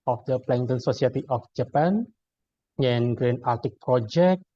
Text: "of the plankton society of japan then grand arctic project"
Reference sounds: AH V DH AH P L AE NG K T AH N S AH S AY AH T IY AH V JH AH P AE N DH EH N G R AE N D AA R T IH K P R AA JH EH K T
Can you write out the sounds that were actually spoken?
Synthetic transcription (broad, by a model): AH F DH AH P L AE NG T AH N S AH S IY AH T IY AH F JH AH P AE N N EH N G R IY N AA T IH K P R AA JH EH K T